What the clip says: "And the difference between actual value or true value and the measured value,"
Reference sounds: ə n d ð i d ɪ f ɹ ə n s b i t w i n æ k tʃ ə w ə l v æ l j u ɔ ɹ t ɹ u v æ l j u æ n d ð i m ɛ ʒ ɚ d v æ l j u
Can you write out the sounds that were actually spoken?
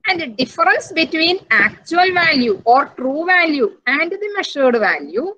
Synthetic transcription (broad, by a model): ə n d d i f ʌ ɹ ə n s b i t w i n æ k tʃ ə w ə l v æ l j u ɔ ɹ t ɹ u v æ l j u æ n d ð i m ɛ ʃ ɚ d v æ l j u